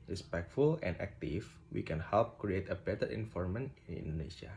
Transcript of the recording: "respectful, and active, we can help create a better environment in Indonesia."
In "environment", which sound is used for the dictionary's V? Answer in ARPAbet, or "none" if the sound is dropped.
F